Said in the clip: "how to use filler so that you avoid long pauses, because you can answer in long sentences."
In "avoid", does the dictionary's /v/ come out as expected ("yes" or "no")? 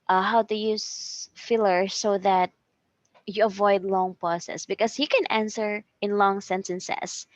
yes